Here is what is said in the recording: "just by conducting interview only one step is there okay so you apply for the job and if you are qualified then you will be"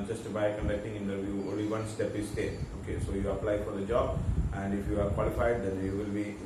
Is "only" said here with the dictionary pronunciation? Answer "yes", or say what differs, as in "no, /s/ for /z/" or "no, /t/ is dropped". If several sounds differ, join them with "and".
yes